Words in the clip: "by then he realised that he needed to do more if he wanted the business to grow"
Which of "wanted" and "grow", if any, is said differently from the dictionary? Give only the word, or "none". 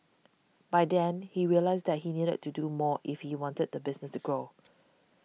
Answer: none